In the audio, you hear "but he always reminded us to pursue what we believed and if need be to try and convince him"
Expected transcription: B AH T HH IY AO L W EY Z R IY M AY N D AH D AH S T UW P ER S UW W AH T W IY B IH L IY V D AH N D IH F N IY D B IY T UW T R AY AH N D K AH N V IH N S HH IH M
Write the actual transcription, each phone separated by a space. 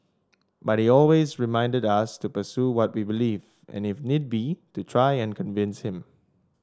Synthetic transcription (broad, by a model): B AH T HH IY AO L W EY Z R IY M AY N D AH D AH S T UW P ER S UW W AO T W IY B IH L IY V AH N IH F N IY D B IY T UW T R AY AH N K AH N V IH N S HH IH M